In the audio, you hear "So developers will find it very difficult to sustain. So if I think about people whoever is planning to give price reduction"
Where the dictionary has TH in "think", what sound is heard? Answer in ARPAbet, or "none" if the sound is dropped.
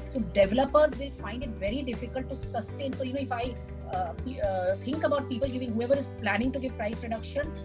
T